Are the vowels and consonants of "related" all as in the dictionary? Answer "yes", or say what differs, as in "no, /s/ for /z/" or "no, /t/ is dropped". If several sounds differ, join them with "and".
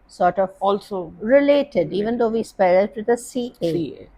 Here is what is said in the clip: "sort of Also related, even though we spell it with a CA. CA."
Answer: yes